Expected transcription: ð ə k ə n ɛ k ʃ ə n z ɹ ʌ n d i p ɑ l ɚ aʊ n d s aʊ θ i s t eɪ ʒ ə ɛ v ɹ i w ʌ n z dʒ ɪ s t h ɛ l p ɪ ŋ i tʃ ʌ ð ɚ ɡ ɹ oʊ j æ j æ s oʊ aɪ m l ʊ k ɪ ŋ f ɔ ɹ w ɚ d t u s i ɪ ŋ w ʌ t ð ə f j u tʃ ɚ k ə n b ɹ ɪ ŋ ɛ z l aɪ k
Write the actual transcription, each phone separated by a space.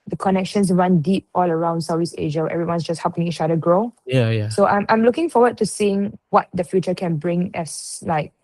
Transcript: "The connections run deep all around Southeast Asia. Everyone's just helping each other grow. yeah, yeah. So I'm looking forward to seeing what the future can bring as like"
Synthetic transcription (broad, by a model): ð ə k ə n ɛ k ʃ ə n s ɹ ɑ n d i p ɑ l ɚ aʊ n d s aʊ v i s eɪ ʒ ə ɛ v ɹ i w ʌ n s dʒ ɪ s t h ɛ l p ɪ ŋ i tʃ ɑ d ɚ ɡ ɹ oʊ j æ j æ s oʊ aɪ m l ʊ k ɪ ŋ f ɔ w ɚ d t u s i ɪ ŋ w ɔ t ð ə f j u tʃ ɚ k ə n b ɹ ɪ ŋ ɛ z l aɪ k